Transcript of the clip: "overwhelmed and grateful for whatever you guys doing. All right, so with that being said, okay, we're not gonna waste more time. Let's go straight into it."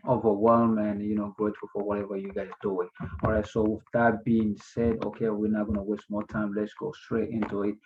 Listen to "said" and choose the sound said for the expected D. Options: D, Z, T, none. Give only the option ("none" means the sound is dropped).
D